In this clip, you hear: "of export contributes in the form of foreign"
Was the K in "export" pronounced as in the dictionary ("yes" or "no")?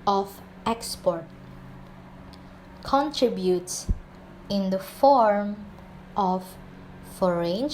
yes